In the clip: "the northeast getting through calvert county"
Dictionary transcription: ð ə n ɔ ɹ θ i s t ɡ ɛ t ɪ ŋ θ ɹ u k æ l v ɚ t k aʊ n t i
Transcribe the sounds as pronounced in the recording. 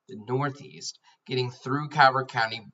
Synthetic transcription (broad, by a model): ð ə n ɔ ɹ θ i s t ɡ ɛ t ɪ ŋ θ ɹ u k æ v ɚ k aʊ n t i